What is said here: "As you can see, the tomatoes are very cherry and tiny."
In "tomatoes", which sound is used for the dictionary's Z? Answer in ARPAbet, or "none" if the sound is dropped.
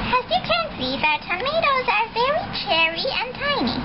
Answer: Z